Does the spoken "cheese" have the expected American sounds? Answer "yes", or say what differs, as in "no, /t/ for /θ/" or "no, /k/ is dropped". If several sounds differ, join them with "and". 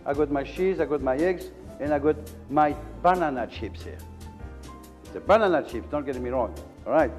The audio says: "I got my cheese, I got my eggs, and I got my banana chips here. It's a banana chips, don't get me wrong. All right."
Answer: no, /ʃ/ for /tʃ/